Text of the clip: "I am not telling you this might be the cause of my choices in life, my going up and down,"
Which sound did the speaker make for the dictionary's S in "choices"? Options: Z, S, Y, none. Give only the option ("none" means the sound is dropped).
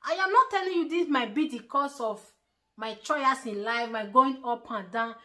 none